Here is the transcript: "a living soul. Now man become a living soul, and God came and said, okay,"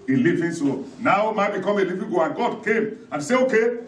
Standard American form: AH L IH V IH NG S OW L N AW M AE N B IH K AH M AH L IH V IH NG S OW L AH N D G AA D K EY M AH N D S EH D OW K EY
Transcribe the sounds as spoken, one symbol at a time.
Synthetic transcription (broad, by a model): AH L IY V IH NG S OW N AW M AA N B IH K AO M AH L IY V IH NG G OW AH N G AA D K EY M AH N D S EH OW K EY